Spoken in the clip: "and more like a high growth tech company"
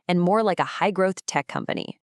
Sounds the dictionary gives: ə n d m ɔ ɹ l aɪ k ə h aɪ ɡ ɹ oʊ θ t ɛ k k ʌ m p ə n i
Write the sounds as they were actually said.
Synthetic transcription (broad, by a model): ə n m ɔ ɹ l aɪ k ə h aɪ ɡ ɹ oʊ θ t ɛ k k ʌ m p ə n i